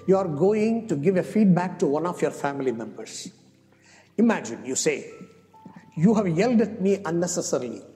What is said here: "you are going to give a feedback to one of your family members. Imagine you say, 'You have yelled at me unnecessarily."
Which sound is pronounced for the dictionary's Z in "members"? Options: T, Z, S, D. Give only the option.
S